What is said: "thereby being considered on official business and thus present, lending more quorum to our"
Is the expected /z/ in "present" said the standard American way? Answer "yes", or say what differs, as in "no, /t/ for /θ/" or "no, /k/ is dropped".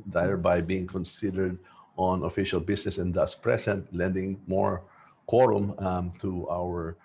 no, /s/ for /z/